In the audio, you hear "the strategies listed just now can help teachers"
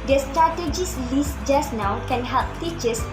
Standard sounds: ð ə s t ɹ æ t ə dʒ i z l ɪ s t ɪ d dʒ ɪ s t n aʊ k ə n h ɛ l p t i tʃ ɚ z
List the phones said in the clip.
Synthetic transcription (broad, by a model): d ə s t ɹ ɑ t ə dʒ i s l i s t dʒ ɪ s n aʊ k ə n h ɛ l p t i tʃ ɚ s